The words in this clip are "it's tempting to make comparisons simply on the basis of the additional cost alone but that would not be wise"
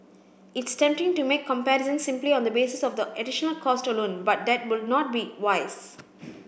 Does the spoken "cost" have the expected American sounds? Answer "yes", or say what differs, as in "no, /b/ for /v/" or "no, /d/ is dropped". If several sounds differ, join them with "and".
yes